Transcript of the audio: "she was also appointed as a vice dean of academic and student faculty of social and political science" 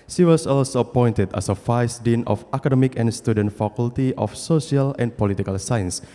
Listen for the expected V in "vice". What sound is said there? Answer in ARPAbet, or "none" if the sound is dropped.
F